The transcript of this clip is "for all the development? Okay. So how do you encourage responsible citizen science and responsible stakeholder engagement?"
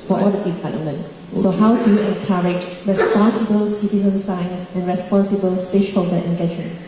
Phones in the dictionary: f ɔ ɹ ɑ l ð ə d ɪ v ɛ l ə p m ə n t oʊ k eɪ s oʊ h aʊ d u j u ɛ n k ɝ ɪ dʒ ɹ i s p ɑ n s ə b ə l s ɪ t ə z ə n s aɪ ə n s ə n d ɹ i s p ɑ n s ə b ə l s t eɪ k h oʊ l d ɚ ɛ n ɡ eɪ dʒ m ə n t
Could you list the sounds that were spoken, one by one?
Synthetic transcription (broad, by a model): f ɔ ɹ ɑ l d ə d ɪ p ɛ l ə m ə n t s oʊ h aʊ d u j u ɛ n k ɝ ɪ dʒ ɹ i s p ɑ n s ə b ə l s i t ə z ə n s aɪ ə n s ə n ɹ i s p ɑ n s ə b ə l s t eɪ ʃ h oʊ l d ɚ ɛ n ɡ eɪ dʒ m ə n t